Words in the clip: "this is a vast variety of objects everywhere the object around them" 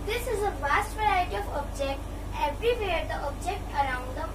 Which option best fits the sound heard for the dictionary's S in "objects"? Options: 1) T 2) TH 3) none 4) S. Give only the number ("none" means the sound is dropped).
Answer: 3